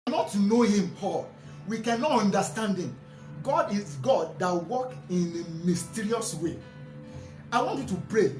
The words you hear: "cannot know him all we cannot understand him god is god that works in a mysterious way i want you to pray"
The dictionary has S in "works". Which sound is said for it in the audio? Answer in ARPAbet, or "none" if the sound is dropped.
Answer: none